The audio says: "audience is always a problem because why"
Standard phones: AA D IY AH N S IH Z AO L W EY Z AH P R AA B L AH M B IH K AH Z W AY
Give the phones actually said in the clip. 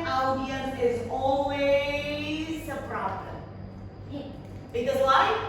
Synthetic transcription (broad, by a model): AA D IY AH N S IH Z AO L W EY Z AH P R AA B L AH M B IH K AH W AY